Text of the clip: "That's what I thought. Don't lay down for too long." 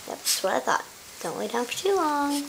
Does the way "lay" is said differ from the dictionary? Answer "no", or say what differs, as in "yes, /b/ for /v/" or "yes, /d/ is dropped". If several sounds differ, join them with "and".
yes, /w/ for /l/